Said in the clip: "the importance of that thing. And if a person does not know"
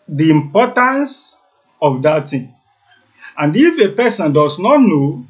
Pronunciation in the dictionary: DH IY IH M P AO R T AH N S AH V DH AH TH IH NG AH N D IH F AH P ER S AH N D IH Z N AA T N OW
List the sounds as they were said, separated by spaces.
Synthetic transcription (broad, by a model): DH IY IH M P AO T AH N S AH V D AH T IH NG AH N D IH F AH P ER S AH N D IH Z N AA T N OW